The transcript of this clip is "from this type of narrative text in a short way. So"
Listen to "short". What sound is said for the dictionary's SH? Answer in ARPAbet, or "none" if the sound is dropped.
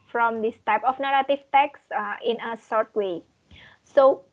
S